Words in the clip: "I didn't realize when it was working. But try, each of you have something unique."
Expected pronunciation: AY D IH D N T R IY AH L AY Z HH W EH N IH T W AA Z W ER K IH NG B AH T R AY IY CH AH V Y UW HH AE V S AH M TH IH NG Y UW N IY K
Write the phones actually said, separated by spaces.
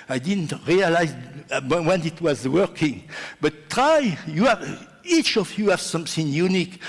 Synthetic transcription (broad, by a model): AY D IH D N T R IY AH L AY Z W W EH N IH T W AA Z W ER K IH NG B AH T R AY IY CH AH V Y UW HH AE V S AH M TH IH NG Y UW N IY K